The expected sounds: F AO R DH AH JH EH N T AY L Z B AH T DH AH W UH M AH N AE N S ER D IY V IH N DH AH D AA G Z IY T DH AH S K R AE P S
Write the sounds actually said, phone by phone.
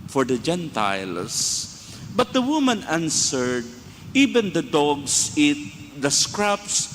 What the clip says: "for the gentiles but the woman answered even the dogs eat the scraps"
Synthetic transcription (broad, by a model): F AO R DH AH JH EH N T AY L S B AH T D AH W UH M AH N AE N S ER D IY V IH N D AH D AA G S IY T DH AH S K R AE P S